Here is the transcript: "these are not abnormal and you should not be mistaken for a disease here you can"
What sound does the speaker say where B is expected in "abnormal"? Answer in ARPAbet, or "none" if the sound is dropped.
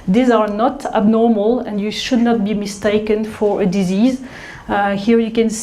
B